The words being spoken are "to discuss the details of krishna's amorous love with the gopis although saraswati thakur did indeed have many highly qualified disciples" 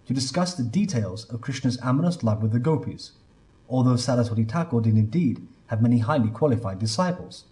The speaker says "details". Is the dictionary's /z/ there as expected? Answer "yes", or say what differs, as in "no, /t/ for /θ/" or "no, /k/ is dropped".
yes